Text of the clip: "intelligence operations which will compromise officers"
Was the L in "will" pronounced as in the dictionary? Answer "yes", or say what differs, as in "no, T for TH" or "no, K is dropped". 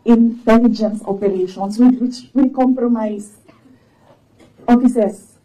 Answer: no, W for L